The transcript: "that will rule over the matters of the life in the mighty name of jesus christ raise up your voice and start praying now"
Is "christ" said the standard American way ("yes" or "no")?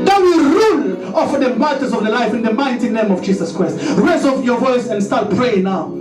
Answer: yes